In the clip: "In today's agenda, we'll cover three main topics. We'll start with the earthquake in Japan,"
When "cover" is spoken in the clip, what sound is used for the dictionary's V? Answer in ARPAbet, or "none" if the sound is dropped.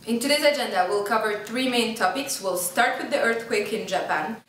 V